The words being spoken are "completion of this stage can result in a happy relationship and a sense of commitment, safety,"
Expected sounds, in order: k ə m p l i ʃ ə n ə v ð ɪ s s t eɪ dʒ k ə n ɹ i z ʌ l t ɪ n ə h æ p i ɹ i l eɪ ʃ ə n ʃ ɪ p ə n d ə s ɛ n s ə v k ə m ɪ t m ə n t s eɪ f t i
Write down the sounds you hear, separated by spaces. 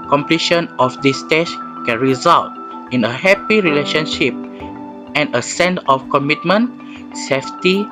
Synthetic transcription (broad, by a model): k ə m p l i ʃ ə n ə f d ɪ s s t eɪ ʃ k ə n ɹ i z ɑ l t ɪ n ə h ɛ p i ɹ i l eɪ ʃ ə n ʃ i p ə n ə s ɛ n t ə f k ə m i t m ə n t s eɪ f t i